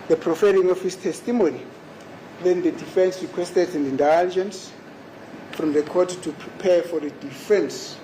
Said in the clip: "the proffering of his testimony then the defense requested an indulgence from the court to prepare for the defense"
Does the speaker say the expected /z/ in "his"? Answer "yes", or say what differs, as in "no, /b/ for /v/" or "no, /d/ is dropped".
no, /s/ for /z/